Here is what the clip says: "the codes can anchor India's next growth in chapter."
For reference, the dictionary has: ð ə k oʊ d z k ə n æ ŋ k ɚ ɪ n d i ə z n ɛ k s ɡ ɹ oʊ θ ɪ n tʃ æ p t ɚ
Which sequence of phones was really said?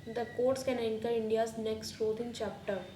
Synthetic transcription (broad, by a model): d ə k oʊ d s k ə n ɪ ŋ k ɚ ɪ n d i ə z n ɛ k s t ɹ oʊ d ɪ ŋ tʃ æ p t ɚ